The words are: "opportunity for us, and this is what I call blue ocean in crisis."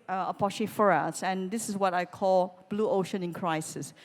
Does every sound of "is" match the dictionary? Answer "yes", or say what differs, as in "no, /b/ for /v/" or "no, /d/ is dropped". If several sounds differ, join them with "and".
no, /s/ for /z/